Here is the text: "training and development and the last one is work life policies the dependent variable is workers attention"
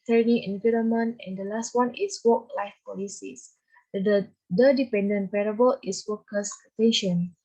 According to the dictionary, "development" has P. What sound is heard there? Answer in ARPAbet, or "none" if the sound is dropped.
none